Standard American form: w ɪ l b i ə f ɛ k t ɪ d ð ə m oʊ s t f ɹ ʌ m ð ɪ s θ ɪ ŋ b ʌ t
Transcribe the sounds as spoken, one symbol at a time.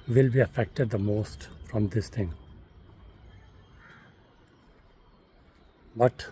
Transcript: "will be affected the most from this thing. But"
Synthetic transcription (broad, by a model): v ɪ l b i ə f ɛ k t ɪ d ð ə m oʊ s t f ɹ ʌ m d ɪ s t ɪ ŋ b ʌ t